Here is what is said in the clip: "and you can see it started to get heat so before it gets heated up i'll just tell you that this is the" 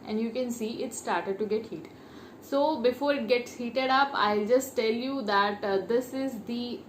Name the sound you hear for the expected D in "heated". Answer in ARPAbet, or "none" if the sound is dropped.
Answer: D